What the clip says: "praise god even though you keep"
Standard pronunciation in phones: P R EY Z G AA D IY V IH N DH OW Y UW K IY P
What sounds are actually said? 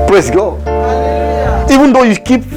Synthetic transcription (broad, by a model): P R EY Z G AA IY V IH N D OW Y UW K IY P